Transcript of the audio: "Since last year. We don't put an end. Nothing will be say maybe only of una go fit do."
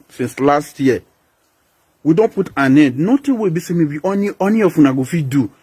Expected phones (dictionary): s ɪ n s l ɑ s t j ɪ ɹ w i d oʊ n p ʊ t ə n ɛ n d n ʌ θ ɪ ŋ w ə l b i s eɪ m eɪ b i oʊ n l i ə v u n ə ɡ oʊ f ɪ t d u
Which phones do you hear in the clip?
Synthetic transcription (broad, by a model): s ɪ n s l ɑ s t j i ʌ w i d oʊ n p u t ə n ɛ n d n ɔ t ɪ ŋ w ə b i s eɪ m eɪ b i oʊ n n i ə f u n ə ɡ oʊ f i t d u